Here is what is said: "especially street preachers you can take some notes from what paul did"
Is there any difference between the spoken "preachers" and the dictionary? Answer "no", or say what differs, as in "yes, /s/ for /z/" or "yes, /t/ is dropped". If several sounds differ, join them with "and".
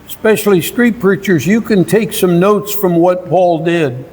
no